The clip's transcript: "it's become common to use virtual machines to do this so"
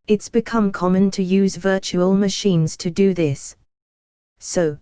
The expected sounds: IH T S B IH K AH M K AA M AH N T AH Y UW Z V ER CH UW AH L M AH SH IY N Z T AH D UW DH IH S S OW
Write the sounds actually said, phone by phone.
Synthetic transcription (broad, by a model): IH T S B IH K AH M K AA M AH N T AH Y UW Z V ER CH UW AH L M AH SH IY N Z T AH D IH DH IH S S OW